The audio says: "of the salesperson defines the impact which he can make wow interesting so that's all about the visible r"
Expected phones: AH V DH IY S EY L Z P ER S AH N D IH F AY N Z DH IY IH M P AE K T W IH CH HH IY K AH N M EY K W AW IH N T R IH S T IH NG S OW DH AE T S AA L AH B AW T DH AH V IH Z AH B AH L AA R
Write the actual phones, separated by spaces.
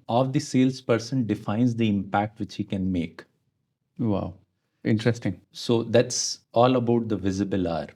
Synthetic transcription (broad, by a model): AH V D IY S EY L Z P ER S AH N D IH F AY N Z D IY IH M P AE K T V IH CH HH IY K AH N M EY K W AW IH N T R IH S T IH NG S OW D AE T S AA L AH B AW T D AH V IH Z AH B AH L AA R